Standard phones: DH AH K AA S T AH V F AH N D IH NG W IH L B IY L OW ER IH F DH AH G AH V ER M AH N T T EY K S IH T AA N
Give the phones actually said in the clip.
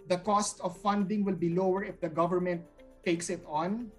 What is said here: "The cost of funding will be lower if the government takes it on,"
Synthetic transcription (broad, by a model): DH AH K AA S T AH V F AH N D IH NG W IH L B IY L OW ER IH F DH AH G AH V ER M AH N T T EY K S IH T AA N